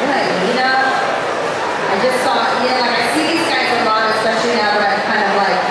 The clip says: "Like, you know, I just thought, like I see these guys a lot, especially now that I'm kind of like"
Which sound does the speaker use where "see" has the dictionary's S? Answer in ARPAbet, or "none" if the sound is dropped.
TH